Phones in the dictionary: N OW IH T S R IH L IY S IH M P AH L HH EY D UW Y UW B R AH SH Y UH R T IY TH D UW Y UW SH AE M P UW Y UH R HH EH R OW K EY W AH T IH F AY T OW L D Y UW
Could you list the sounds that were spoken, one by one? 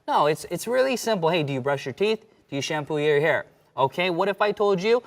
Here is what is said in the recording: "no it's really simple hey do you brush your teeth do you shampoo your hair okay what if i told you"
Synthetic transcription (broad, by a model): N OW IH T S R IH L IY S IH M P L HH EY D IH Y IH B R AH SH Y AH R T IY TH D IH Y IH SH AE M P UW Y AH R HH EH R OW K EY W AH T IH F AY T OW L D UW